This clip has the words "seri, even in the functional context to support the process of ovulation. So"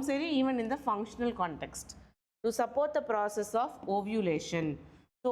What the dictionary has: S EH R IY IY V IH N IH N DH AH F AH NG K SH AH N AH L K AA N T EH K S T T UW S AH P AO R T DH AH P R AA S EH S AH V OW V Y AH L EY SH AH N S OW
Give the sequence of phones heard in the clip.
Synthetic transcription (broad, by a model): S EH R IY IY V IH N IH N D AH F AH NG K SH AH N AH L K AA N T EH K S T T UW S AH P AO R T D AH P R AA S EH S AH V OW V Y AH L EY SH AH N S OW